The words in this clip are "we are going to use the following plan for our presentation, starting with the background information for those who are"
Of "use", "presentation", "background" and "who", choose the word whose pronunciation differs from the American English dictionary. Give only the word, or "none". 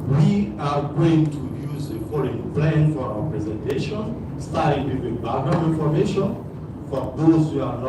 background